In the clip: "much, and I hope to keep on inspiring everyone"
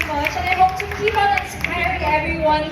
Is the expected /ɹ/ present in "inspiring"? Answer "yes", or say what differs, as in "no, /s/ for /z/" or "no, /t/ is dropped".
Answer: no, /ɹ/ is dropped